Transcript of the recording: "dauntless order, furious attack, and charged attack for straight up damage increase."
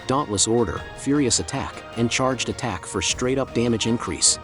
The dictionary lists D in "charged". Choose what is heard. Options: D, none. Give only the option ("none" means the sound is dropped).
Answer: D